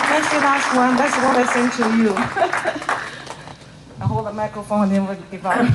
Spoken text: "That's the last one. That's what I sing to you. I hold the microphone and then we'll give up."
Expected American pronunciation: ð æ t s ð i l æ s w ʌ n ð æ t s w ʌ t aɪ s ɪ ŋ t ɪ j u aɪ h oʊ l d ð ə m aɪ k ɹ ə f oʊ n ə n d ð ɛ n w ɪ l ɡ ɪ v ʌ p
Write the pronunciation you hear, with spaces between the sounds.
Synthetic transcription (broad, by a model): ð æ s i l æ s w ʌ n ð æ t s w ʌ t aɪ s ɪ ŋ t ɪ j u aɪ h oʊ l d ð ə m aɪ k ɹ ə f oʊ ə n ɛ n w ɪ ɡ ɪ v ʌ